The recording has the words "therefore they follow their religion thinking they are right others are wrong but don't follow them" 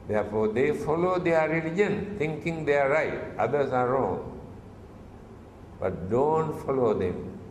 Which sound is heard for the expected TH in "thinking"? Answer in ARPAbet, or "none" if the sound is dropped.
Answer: T